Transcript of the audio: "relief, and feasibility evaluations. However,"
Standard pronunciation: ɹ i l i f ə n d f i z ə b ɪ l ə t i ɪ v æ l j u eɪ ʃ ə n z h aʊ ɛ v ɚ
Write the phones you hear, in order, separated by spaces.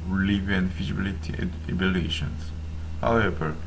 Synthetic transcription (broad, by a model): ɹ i l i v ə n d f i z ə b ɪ l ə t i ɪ b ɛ l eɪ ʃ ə n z h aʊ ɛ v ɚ